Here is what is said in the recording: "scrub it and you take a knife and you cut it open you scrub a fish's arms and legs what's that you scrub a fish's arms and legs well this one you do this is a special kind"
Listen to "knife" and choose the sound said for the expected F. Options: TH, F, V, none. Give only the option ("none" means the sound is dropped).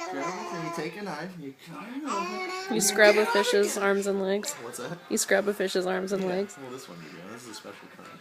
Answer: none